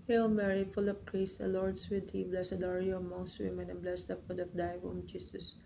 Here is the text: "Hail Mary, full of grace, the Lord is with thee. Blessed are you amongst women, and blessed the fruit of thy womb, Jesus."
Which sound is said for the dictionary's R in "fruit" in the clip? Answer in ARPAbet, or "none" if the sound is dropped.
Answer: none